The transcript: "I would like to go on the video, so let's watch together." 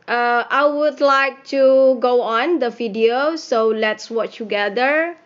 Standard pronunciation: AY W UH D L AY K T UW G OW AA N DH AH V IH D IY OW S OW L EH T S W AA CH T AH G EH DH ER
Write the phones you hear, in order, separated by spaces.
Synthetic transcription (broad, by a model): AY W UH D L AY K T UW G OW AA N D AH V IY D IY OW S OW L EH T S W AA CH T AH G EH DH ER